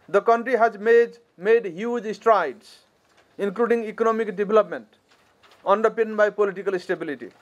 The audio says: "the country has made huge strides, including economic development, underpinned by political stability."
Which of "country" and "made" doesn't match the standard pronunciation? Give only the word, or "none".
none